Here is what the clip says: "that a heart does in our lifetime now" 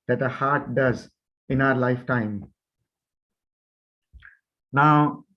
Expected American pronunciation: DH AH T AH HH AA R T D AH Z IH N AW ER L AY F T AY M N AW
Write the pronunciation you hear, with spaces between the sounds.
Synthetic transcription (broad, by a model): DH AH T AH HH AA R T D AH Z IH N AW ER L AY F T AY M N AW